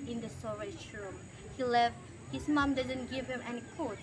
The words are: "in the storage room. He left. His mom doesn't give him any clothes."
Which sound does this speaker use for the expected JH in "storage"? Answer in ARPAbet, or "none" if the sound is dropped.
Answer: SH